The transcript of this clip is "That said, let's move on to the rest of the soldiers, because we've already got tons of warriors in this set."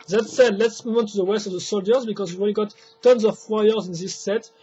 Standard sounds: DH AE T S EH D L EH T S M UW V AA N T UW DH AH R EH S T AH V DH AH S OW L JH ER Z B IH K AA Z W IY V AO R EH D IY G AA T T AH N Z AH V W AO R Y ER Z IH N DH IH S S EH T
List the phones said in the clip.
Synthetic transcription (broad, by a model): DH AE T S EH D L EH T S M UW V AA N T UW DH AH W EH S T AH V DH AH S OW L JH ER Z B IH K AA Z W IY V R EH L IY G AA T T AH N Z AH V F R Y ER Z IH N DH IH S S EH T